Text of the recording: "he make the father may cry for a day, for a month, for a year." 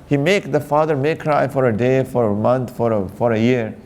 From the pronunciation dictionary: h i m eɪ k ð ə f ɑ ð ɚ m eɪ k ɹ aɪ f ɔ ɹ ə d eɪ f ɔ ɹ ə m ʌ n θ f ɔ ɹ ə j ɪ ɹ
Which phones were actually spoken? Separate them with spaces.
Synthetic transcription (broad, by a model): h i m eɪ k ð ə f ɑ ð ɚ m eɪ k ɹ aɪ f ɔ ɹ ə d eɪ f ɔ ɹ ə m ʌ n f f ɔ ɹ ə j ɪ ɹ